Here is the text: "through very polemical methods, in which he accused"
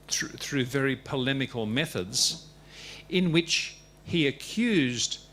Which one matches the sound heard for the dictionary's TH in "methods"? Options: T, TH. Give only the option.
TH